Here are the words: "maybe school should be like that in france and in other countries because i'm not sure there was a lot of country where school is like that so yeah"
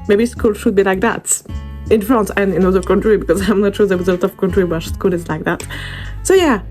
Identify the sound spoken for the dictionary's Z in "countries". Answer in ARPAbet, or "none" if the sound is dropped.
none